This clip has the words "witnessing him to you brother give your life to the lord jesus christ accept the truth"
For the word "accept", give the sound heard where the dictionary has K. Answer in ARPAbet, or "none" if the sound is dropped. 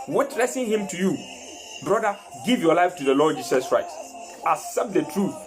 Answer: none